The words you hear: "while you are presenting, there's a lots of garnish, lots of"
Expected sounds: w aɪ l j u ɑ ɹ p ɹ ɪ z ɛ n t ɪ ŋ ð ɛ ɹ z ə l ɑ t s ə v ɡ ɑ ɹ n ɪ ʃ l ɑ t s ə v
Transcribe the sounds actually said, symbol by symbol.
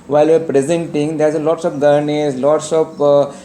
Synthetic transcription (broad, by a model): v aɪ l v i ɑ ɹ p ɹ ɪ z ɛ n t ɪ ŋ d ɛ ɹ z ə l ɑ t s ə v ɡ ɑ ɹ n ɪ s l ɑ t s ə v